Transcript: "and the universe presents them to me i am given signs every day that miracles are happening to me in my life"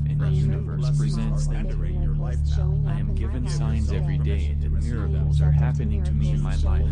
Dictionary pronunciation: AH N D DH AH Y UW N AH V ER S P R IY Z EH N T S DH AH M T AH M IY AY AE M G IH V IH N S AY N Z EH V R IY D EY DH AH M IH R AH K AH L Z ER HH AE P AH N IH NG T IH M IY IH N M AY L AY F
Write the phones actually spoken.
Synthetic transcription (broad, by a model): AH N DH AH Y UW N AH V ER S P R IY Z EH N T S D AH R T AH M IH AY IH M G IH V IH N S AY N Z EH V R IY D EY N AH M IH R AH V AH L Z ER HH AE P AH N IH NG T IH M IY IH N M AY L AY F